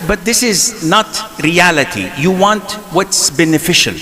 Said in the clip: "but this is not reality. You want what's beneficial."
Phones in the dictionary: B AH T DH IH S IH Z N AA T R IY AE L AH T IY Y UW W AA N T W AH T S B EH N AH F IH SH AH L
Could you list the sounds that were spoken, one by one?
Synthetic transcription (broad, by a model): B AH T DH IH S IH Z N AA T R IY AE L AH T IY Y UW W AA N T W AH T S B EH N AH F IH SH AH L